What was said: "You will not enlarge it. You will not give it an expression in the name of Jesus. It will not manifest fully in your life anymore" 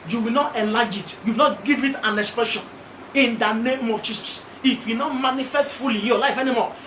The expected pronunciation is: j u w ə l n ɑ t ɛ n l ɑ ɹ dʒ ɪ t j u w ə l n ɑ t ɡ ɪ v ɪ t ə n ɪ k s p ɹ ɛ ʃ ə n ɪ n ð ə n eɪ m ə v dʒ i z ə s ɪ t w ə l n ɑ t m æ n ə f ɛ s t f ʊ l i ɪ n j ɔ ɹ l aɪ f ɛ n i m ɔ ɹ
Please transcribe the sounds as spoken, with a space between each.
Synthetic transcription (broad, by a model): j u w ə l n ɑ t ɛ l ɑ dʒ ɪ t j u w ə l n ɑ t ɡ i v ɪ t ə n ɪ k s p ɹ ɛ ʃ ə n ɪ n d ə n eɪ m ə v tʃ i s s ɪ t w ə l n ɑ t m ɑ n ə f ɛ s t f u l i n j ɔ l aɪ f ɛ n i m ɔ